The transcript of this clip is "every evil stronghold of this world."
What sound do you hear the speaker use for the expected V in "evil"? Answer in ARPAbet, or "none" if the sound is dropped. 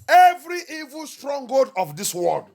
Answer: V